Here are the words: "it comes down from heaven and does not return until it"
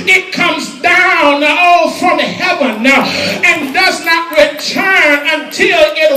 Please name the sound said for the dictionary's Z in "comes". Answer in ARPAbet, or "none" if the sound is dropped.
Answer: Z